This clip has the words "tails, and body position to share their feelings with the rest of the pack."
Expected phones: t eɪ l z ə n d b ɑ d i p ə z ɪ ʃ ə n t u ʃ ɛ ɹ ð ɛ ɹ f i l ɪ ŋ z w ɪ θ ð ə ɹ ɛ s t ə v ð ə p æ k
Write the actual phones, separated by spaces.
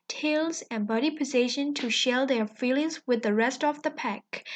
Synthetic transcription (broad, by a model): t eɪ l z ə n b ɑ d i p ə z ɪ ʃ ə n t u ʃ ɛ l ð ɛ ɹ f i l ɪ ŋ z w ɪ ð ə ɹ ɛ s t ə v ð ə p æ k